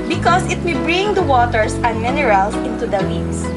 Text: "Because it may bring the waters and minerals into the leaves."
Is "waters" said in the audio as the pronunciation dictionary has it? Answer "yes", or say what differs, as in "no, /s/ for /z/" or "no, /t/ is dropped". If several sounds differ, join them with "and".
no, /s/ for /z/